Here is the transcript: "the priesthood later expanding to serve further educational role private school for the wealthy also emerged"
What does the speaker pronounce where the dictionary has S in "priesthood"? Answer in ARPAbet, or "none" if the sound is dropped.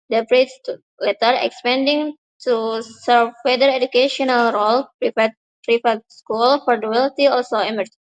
none